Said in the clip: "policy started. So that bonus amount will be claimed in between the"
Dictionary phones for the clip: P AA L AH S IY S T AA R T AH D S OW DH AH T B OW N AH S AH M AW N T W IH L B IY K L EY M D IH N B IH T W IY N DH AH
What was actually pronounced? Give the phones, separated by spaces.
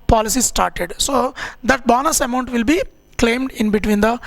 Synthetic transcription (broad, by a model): P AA L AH S IY S T AA R T AH D S OW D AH T B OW N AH S AH M AW N T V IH L B IY K L EY M D IH N B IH T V IY N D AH